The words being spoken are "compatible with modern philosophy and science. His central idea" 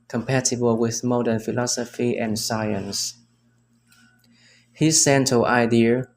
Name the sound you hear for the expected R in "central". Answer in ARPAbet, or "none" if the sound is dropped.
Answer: none